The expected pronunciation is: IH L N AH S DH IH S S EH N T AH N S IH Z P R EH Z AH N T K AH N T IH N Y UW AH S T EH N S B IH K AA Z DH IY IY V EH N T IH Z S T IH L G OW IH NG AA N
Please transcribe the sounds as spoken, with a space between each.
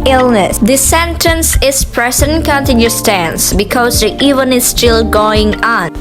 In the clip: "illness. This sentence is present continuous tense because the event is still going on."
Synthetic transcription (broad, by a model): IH L N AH S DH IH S S EH N T AH N S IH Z P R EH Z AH N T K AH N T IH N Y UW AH S T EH N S B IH K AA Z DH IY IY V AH N IH S T IH L G OW IH NG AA N